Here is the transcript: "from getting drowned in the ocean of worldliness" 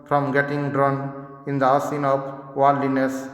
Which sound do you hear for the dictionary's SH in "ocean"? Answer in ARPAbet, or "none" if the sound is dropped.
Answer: S